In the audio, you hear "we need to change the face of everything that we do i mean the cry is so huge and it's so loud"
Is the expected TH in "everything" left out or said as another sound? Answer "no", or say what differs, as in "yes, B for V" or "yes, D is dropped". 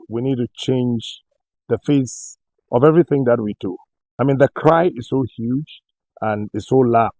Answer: no